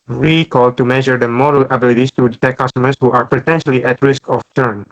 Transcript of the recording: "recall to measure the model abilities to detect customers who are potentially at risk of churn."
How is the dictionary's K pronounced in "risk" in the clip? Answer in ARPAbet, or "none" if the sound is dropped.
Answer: K